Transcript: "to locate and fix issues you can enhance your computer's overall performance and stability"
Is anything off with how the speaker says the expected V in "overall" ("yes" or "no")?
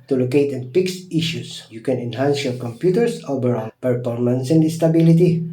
yes